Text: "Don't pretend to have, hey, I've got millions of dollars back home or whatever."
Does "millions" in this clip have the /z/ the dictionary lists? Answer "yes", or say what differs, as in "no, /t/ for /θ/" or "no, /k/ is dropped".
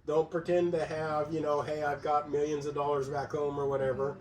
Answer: yes